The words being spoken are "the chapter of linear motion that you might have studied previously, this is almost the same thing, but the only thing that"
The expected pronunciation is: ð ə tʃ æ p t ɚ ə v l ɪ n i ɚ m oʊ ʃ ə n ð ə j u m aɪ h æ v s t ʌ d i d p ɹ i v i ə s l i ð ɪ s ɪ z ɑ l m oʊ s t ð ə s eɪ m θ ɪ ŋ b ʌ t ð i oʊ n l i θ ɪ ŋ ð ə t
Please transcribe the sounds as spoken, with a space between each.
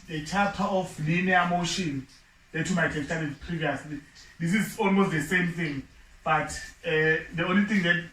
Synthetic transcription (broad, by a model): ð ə tʃ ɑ t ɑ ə f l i n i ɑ m oʊ ʃ ə n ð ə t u m aɪ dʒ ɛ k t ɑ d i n p ɹ i v i ə s l i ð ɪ s ɪ z ɑ l m oʊ s t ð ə s eɪ m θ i ŋ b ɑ t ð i oʊ n l i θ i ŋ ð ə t